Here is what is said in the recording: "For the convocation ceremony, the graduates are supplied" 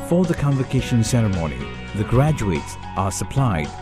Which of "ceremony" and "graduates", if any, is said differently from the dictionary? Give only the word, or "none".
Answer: none